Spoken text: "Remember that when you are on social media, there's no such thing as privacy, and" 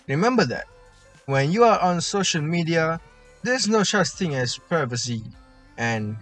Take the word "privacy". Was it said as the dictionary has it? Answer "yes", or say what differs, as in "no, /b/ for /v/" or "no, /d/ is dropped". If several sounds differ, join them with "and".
no, /ɹ/ is dropped